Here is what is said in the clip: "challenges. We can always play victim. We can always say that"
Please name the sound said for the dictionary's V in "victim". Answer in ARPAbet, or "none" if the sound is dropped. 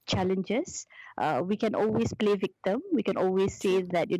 V